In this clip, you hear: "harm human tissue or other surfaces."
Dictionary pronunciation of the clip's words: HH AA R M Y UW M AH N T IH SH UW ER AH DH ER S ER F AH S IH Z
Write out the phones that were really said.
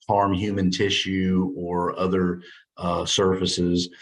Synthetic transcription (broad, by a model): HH AA R M Y UW M AH N T IH SH UW ER AH DH ER S ER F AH S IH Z